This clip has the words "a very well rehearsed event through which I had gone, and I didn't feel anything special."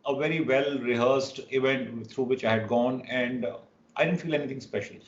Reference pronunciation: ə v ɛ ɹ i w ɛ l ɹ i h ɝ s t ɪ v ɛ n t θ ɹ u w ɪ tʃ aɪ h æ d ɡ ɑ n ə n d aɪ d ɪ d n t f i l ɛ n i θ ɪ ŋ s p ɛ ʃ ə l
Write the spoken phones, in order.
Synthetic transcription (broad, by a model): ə v ɛ ɹ i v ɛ l ɹ i h ɝ s t ɪ v ɛ n t t ɹ u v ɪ tʃ aɪ h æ d ɡ ɑ n ə n d aɪ d ɪ d n t f i l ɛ n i t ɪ ŋ s p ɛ ʃ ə l